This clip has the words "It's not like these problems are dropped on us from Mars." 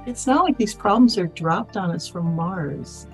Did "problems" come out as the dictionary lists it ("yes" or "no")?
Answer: yes